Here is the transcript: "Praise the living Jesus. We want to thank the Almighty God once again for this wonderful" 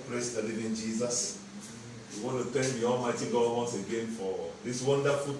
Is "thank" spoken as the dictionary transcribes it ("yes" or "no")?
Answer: no